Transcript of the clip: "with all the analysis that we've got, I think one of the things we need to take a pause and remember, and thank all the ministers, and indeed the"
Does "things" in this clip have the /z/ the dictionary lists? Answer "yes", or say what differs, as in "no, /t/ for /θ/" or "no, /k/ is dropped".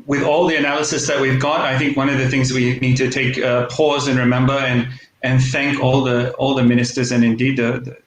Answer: yes